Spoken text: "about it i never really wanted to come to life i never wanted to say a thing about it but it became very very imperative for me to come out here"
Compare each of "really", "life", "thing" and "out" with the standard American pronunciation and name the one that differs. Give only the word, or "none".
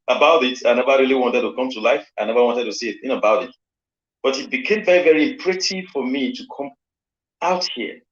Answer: thing